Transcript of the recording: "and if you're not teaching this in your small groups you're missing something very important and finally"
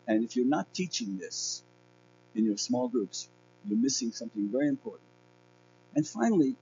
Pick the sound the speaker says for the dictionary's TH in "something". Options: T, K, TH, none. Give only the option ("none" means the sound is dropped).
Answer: TH